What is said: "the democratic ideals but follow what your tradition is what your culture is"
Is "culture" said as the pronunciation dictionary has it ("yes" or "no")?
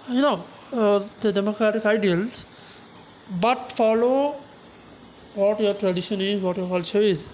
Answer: no